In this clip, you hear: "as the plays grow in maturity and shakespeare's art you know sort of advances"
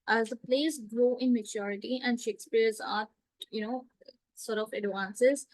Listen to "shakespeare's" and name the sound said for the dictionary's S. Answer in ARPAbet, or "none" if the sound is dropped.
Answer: S